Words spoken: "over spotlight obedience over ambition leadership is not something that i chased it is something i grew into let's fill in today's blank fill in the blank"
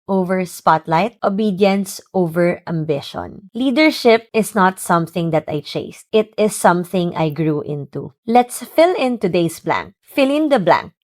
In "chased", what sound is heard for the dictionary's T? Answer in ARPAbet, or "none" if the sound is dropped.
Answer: T